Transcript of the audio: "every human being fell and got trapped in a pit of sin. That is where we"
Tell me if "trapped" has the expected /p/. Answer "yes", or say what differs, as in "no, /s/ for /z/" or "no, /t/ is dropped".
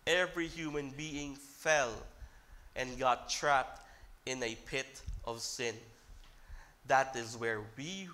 yes